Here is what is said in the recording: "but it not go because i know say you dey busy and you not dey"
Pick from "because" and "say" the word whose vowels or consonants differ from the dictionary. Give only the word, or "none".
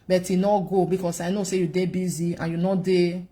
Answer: because